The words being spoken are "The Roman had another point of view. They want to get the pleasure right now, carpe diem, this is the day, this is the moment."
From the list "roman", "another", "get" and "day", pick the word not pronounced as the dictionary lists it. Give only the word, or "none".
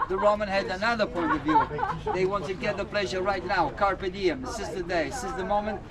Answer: none